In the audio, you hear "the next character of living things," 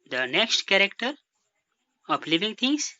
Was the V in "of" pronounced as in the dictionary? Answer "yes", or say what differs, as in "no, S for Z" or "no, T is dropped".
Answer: no, P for V